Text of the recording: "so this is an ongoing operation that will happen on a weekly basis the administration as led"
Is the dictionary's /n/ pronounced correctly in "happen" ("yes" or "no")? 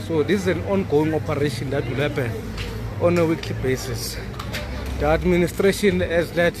no